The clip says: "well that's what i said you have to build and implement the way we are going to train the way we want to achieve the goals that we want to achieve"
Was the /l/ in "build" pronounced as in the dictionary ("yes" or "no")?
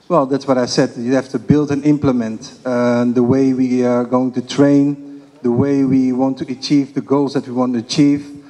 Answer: yes